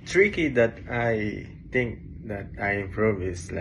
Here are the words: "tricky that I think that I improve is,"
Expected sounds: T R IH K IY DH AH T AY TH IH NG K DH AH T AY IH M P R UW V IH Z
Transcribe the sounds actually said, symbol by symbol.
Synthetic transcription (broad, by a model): T R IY K IY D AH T AY T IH NG K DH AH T AY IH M P R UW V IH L